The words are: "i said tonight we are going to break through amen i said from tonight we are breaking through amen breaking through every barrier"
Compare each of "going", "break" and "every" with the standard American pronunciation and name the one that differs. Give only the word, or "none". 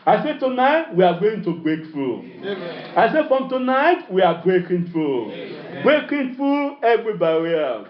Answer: none